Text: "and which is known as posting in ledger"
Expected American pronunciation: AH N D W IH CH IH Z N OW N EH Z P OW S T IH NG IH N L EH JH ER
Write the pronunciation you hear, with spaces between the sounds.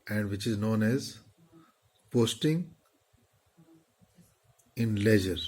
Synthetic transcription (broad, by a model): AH N D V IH CH IH Z N OW N EH Z P OW S T IH NG IH N L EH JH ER